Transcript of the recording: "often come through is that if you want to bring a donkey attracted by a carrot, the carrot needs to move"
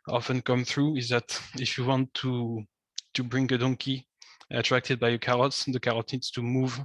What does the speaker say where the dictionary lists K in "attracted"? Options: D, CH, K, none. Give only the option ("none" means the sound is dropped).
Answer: K